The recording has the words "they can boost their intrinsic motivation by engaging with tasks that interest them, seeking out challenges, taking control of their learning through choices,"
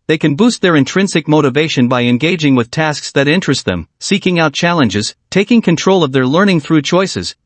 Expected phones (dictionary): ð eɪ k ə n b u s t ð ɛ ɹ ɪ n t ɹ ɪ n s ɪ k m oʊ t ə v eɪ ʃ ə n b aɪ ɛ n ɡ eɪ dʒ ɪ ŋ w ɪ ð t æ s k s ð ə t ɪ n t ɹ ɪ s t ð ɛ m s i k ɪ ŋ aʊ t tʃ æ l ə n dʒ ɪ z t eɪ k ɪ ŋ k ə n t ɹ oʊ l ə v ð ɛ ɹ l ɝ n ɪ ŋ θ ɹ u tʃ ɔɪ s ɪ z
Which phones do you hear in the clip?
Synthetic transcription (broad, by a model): ð eɪ k ə n b u s t ð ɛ ɹ ɪ n t ɹ ɪ n s ɪ k m oʊ t ə v eɪ ʃ ə n b aɪ ɛ n ɡ eɪ dʒ ɪ ŋ w ɪ ð t æ s k s ð ə t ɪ n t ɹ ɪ s t ð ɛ m s i k ɪ ŋ aʊ t tʃ æ l ə n dʒ ɪ z t eɪ k ɪ ŋ k ə n t ɹ oʊ l ə v ð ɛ ɹ l ɝ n ɪ ŋ θ ɹ u tʃ ɔɪ s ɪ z